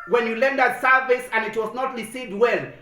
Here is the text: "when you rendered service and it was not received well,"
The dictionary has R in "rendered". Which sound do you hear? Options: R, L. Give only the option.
L